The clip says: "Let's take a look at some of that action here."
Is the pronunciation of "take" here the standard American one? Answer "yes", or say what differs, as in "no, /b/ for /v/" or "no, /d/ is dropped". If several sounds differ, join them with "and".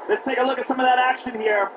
yes